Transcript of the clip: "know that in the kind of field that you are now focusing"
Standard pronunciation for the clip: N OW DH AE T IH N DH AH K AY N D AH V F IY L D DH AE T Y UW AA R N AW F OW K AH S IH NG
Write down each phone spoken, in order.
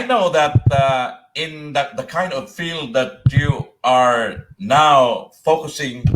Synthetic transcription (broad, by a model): N OW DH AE T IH N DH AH K AY N D AH V F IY L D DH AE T Y UW AA R N AW F OW K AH S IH NG